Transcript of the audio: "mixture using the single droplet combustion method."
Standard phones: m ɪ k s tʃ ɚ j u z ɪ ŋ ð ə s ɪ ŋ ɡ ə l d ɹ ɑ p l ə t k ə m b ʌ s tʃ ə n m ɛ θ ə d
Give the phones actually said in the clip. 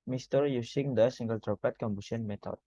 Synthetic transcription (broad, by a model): m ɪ s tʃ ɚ j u s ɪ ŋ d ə s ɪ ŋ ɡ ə l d ɹ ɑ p ə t k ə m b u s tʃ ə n m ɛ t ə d